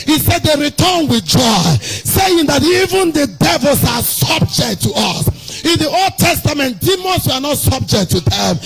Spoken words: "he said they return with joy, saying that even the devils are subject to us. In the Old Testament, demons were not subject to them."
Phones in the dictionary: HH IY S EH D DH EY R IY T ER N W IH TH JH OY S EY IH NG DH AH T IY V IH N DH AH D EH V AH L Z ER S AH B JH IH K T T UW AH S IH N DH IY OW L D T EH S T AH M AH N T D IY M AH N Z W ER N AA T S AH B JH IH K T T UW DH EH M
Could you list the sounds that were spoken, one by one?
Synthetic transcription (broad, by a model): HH IY S EH D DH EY R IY T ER N W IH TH JH OY S EY IH NG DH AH T IY V IH N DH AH D EH V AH L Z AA S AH B JH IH K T T UW AH S IH N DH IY OW L D T EH S T AH M AH N T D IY M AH N S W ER N AA T S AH B JH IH K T T UW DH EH M